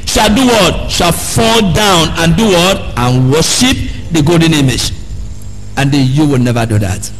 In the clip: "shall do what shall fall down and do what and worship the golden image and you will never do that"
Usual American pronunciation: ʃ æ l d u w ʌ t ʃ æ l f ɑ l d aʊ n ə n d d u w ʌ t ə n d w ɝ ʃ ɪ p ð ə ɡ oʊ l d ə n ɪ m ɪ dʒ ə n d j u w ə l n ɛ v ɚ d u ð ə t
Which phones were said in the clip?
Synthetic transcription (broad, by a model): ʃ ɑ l d u w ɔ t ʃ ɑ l f ɑ l d aʊ n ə n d d u w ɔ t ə n w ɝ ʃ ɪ p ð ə ɡ oʊ l d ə n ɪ m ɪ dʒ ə n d j u w ə l n ɛ v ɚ d u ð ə t